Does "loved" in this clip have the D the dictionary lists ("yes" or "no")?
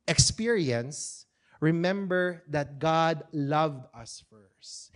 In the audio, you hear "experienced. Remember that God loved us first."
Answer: yes